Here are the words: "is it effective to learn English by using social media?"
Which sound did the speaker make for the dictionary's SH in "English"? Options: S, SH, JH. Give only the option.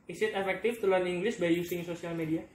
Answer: S